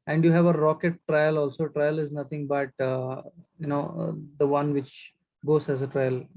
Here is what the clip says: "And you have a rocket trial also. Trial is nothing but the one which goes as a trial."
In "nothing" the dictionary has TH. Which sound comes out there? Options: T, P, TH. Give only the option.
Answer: T